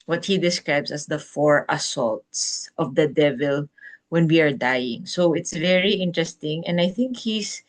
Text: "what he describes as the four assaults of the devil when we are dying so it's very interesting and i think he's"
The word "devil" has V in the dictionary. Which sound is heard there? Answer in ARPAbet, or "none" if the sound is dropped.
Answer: V